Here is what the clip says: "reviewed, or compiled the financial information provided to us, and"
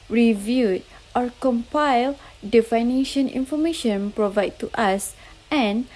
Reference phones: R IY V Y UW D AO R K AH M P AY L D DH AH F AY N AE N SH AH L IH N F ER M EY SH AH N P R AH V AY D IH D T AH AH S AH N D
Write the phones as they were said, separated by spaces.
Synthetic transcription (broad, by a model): R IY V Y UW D AO R K AH M P AY L D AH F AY N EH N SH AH N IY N F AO M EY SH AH N P R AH V AY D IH T AH S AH N